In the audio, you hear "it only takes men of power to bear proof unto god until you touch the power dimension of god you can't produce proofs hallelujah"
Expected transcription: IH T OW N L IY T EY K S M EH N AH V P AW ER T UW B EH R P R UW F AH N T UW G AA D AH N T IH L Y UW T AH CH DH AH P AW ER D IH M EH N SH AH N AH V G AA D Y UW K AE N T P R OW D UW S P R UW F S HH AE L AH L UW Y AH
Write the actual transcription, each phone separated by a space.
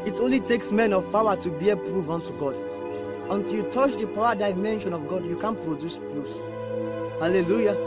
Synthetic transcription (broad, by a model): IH T OW N L IY T EY K S M EH N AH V P AW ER T UW B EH P R UW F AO N T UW G AA D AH N T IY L Y UW T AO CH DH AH P AW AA D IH M EH N SH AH N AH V G AA D Y UW K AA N P R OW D UW S P R UW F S HH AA L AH L UW Y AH